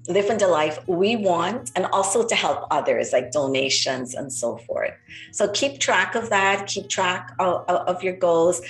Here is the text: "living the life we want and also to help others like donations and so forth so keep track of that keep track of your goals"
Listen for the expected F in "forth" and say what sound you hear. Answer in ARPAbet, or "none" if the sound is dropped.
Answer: F